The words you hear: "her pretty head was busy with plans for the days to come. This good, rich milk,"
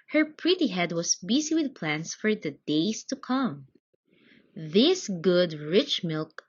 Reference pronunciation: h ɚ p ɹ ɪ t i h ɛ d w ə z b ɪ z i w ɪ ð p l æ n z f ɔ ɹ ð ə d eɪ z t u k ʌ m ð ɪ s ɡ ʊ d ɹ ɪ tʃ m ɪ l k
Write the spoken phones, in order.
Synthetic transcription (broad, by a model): h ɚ p ɹ ɪ t i h ɛ d w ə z b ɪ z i w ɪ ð p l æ n s f ɔ ɹ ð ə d eɪ s t u k ʌ m ð ɪ s ɡ ʊ d ɹ ɪ tʃ m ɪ l k